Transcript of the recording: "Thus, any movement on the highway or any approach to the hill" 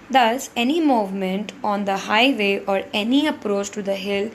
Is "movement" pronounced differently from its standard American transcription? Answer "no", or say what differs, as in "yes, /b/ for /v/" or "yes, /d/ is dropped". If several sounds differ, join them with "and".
no